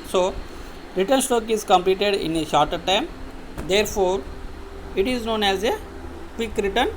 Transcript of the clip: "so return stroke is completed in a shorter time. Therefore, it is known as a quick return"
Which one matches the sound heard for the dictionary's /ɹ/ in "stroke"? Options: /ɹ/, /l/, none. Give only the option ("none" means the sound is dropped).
none